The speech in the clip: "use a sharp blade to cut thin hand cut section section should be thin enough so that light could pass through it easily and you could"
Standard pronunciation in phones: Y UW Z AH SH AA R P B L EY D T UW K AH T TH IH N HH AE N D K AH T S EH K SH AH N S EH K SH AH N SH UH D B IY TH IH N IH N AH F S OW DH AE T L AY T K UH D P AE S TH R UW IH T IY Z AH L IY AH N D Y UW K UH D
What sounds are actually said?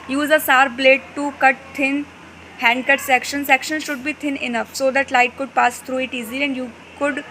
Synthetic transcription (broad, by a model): Y UW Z AH S AA R B L EY D T UW K AH T T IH N HH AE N D K AH T S EH K SH AH N S EH K SH AH N SH UH D B IY T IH N IH N AH F S OW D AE T L AY T K UH D P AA S T R UW IH T IY Z AH L IY AH N D Y UW K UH D